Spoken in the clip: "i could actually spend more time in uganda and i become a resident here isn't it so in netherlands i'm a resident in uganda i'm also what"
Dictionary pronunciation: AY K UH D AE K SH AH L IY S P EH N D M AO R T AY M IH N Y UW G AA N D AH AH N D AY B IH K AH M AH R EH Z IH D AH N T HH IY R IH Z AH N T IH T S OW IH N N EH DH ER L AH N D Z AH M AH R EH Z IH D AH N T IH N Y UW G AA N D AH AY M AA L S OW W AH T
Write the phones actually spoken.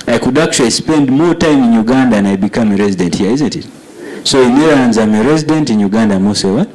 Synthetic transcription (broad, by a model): AY K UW D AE K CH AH L IY S P EH N D M AO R T AY M IH N Y UW G AA N D AH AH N AY B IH K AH M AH R EH Z IH D AH N T HH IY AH IH Z AH N T IH T S OW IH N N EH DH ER AH N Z AH M AH R EH Z IH D AH N T IH N Y UW G AA N D AH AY M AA S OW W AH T